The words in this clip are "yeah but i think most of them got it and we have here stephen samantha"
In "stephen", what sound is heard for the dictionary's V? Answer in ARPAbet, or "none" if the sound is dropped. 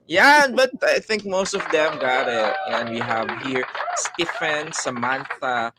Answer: F